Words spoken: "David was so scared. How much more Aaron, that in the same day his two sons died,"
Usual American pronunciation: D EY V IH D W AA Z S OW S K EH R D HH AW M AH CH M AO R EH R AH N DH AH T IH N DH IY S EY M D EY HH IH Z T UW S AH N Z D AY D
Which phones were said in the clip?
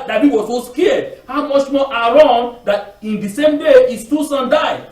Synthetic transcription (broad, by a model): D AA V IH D W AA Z S OW S K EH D HH AW M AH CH M AO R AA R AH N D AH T IH N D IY S EY M D EY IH S T UW S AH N D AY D